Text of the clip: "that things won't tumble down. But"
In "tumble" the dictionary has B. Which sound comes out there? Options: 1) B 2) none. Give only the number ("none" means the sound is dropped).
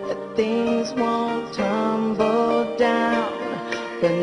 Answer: 1